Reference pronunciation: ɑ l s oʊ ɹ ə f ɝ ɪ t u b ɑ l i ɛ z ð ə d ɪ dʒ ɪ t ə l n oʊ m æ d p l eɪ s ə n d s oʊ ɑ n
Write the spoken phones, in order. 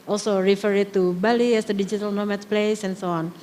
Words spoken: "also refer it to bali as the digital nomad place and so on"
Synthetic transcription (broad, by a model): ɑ l s oʊ ɹ ə f ɝ ɪ t u b ɑ l i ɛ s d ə d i dʒ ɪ t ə l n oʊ m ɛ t p l eɪ s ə n s oʊ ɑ n